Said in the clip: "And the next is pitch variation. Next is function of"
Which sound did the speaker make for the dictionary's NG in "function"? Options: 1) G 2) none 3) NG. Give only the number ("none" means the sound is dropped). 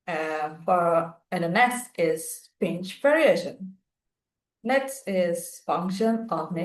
3